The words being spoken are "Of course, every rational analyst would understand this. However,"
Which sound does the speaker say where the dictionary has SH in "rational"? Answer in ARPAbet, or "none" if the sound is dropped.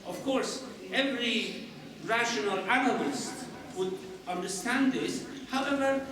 SH